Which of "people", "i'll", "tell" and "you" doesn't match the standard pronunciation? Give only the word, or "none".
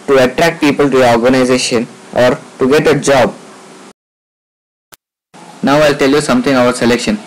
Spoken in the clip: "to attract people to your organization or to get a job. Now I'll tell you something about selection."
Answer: none